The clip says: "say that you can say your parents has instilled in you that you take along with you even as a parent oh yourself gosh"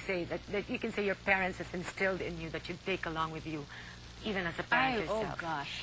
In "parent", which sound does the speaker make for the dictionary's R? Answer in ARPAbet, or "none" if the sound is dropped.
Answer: none